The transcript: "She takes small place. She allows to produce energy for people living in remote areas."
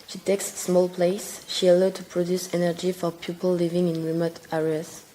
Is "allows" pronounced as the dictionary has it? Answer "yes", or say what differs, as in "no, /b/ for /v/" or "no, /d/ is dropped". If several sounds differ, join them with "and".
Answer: no, /z/ is dropped